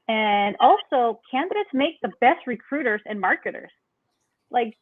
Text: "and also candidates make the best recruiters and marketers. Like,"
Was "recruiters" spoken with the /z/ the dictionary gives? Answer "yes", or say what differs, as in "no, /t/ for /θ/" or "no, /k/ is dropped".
yes